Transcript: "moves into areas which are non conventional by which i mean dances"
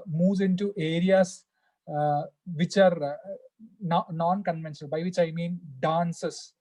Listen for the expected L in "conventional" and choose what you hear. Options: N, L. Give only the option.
N